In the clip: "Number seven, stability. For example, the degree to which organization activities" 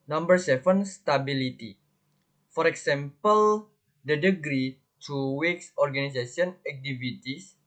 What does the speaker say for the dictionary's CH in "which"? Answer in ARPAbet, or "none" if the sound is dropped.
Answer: S